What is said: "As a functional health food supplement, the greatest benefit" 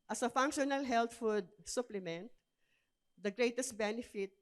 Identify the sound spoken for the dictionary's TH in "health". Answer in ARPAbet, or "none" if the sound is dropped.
T